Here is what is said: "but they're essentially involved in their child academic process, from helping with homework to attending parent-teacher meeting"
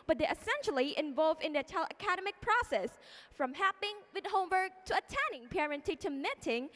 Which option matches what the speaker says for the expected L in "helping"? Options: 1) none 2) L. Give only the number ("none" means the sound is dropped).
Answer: 1